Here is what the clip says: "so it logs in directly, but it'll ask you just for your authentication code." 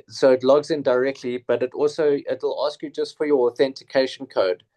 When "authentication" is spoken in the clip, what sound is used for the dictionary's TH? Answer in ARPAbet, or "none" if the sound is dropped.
TH